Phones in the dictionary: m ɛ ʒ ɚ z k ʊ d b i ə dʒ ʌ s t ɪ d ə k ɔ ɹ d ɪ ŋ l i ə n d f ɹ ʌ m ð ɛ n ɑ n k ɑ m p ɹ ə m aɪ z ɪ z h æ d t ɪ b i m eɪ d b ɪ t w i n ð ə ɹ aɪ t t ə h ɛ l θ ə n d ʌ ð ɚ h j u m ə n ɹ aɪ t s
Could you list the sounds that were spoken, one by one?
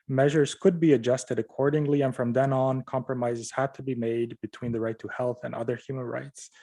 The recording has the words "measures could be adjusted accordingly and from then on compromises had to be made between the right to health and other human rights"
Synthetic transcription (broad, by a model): m ɛ ʒ ɚ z k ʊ d b i ə dʒ ʌ s t ɪ d ə k ɔ ɹ d ɪ ŋ l i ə n f ɹ ʌ m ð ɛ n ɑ n k ɑ m p ɹ ə m aɪ z ɪ z h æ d t ɪ b i m eɪ d b ɪ t w i n ð ə ɹ aɪ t t ə h ɛ l θ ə n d ʌ ð ɚ h j u m ə n ɹ aɪ t s